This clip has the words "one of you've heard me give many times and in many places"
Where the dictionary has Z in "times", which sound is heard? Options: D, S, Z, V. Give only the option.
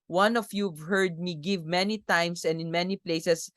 S